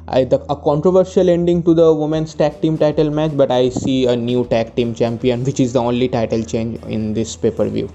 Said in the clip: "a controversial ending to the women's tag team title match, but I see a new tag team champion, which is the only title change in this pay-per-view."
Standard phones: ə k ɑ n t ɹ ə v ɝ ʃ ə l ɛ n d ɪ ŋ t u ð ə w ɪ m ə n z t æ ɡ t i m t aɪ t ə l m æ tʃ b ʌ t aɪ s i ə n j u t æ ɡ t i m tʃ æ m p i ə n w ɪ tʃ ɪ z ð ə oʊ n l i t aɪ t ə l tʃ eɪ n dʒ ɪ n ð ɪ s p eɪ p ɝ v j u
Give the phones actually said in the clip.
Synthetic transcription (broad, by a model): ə k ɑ n t ɹ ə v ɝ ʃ ə l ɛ n d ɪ ŋ t u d ə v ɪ m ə n s t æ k t i m t aɪ t ə l m æ tʃ b ʌ t aɪ s i ə n j u t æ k t i m tʃ æ m p i ə n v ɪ tʃ ɪ z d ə oʊ n l i t aɪ t ə l tʃ eɪ n dʒ ɪ n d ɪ s p eɪ p ɝ v j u